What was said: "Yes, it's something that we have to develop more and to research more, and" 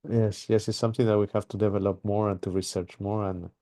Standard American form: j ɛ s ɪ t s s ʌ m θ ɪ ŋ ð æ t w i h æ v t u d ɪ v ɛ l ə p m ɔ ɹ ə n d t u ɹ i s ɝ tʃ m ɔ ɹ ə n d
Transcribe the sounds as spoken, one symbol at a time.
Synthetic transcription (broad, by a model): j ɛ s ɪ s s s ʌ m θ ɪ ŋ ð æ t w i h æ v t u d ɪ v ɛ l ə p m ɔ ɹ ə n t u ɹ i s ɝ tʃ m ɔ ɹ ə n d